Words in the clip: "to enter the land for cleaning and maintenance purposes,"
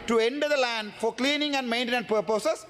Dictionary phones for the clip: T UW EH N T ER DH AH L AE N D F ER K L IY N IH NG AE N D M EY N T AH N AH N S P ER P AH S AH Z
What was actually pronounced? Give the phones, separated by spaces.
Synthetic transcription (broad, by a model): T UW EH N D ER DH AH L AE N D F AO K L IY N IH NG AE N D M EY N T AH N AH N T P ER P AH S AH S